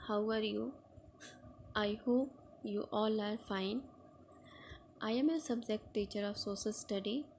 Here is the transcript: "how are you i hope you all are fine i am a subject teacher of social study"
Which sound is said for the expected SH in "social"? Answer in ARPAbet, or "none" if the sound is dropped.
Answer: S